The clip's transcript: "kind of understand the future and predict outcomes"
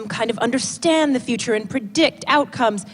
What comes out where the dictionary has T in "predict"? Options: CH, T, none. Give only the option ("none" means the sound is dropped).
T